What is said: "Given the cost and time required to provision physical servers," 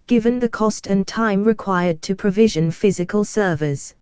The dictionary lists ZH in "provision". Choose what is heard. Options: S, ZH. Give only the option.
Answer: ZH